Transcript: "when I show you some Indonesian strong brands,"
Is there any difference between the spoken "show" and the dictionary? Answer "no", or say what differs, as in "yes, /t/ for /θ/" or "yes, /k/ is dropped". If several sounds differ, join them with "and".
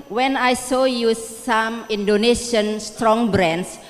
yes, /s/ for /ʃ/